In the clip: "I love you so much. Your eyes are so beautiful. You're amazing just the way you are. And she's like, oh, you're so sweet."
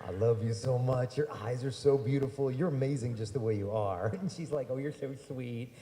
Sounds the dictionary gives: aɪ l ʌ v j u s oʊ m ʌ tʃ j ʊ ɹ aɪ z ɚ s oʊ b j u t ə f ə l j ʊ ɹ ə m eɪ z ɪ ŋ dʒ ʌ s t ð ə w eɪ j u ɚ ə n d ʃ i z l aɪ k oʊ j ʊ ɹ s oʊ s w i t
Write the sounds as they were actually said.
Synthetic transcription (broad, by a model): aɪ l ʌ v j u s oʊ m ʌ tʃ j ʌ ɹ aɪ z ɚ s oʊ b j u t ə f l j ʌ ɹ ə m eɪ z ɪ ŋ dʒ ʌ s t ð ə w eɪ j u ɚ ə n ʃ i z l aɪ k oʊ j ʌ ɹ s oʊ s w i t